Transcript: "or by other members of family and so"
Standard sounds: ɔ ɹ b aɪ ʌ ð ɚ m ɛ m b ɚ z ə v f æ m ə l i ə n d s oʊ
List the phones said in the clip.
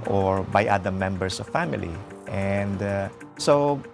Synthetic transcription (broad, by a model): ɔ ɹ b aɪ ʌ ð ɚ m ɛ m b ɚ s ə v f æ m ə l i ə n d s oʊ